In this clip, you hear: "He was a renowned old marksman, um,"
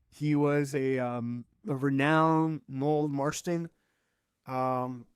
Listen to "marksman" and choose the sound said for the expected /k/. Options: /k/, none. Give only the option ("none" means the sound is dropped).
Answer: none